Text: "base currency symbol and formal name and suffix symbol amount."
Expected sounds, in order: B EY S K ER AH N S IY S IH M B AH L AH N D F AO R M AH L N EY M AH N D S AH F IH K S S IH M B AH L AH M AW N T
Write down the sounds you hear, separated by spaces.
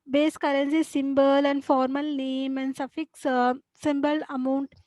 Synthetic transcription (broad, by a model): B EY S K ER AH N S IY S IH M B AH L AH N D F AO R M AH L N EY M AH N D S AH F IH K S S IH M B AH L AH M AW N T